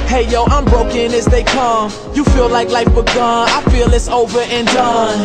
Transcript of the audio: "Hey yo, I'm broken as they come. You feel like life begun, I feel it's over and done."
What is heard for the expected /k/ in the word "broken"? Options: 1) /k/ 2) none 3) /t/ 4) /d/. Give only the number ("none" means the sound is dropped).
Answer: 1